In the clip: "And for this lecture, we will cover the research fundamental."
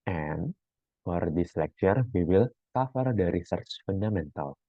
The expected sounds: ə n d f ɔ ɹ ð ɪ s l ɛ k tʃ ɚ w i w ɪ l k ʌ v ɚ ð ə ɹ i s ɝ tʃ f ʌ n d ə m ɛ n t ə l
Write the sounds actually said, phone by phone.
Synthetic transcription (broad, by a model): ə n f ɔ ɹ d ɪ s l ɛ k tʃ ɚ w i w ɪ l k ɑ f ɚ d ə ɹ i s ɝ tʃ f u n d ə m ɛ n t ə l